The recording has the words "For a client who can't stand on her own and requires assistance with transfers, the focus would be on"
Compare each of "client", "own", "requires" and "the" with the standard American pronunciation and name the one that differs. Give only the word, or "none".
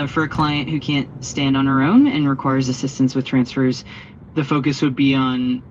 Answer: none